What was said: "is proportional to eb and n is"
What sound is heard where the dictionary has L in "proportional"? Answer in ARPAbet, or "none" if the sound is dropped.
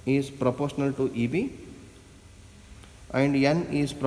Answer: L